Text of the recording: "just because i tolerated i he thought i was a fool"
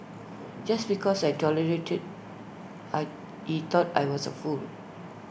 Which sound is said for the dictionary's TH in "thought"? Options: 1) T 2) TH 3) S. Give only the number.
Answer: 1